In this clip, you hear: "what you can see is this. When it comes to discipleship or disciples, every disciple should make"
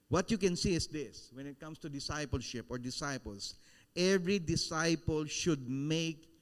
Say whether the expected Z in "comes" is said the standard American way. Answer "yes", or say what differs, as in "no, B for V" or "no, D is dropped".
no, S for Z